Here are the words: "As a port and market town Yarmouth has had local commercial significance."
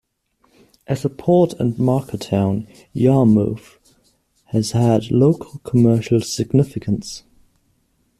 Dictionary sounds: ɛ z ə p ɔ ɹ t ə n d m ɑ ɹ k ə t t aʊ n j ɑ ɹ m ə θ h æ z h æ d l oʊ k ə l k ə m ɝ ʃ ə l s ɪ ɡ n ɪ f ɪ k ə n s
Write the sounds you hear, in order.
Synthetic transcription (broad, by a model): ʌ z ə p ɔ t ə n m ɑ k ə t t aʊ n j ɑ m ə f h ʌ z h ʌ d l oʊ k ə l k ə m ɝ ʃ ə l s ɪ ɡ n ɪ f ɪ k ə n s